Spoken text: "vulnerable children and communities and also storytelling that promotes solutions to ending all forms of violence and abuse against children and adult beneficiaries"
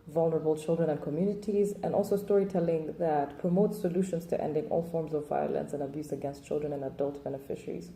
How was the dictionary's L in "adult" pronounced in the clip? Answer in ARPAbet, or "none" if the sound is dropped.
L